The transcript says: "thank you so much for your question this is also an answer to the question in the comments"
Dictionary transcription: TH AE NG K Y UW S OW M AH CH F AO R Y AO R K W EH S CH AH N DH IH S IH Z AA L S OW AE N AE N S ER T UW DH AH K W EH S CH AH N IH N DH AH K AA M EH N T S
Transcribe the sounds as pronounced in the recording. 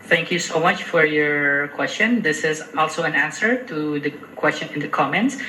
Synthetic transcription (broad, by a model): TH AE NG K Y UW S OW M AH CH F AO R Y AO R K W EH S CH AH N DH IH S IH Z AA L S OW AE N AE N S ER T UW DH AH K W EH S CH AH N IH N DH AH K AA M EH N T S